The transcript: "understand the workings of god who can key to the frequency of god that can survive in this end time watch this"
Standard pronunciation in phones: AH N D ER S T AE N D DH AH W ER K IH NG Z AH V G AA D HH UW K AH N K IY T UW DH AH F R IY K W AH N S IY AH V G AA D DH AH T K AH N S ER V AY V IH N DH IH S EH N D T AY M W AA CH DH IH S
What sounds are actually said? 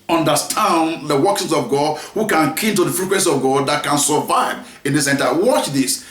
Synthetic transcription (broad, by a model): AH N D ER S T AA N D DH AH W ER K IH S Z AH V G AA D HH UW K AH N K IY T UW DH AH F R IY K W AH N S IY AH V G AA D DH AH T K AH N S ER V AY V IH N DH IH S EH N T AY W AA CH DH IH S